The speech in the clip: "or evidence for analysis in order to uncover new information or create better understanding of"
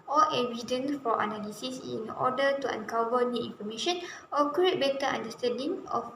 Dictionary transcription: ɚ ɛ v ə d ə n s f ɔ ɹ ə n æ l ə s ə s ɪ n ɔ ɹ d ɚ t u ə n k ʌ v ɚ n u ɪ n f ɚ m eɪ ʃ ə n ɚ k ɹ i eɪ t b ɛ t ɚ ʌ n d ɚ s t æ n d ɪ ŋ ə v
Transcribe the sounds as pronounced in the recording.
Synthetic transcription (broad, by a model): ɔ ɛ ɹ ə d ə n f ɔ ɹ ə n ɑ l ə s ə s ɪ n ɔ d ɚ t u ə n k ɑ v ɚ n u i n f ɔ m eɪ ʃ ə n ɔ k i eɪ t b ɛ t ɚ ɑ n d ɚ s t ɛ n d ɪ ŋ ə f